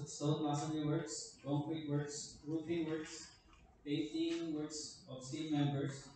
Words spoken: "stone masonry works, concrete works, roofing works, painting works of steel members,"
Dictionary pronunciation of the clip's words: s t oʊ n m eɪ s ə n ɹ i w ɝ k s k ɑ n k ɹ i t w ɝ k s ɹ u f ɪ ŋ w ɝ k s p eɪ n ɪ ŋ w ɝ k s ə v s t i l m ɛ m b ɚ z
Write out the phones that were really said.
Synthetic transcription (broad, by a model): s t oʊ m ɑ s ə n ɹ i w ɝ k s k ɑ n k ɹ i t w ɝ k s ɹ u p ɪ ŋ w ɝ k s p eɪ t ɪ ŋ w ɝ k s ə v s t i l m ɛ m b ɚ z